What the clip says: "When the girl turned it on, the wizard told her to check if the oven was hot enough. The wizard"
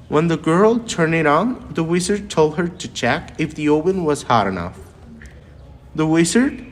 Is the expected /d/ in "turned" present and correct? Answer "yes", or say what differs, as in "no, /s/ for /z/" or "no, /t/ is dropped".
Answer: no, /d/ is dropped